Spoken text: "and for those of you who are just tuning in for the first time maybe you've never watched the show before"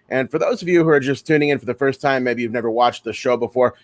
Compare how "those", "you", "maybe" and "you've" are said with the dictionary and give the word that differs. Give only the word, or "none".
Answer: none